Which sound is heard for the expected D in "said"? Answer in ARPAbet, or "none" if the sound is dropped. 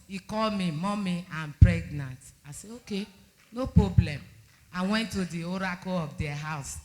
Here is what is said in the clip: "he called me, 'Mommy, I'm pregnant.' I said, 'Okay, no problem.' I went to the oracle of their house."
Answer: none